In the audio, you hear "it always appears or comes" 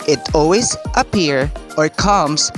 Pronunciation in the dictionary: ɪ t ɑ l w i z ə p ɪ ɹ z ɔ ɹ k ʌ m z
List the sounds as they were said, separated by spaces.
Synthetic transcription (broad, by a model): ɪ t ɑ l w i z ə p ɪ ɹ ɔ ɹ k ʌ m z